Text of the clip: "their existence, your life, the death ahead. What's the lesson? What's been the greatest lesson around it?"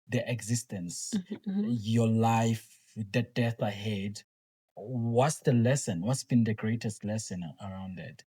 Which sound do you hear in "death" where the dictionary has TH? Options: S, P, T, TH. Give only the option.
TH